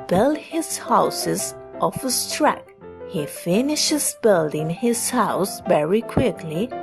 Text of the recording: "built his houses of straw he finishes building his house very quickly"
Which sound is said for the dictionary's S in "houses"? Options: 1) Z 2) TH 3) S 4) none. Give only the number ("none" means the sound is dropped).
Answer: 3